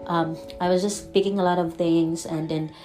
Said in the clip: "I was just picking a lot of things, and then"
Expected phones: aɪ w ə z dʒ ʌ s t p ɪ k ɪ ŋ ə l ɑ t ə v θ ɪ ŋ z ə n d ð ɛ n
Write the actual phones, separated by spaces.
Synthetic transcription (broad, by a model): aɪ w ə z dʒ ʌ s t p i k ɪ ŋ ə l ɑ t ə v θ ɪ ŋ z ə n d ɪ n